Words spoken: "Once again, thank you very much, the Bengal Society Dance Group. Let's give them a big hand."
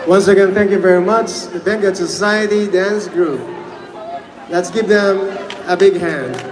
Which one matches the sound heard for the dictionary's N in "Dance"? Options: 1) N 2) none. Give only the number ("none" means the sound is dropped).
1